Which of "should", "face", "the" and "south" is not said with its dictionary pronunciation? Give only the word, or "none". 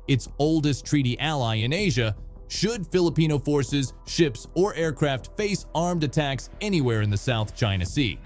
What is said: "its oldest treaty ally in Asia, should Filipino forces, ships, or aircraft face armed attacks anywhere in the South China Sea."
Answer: none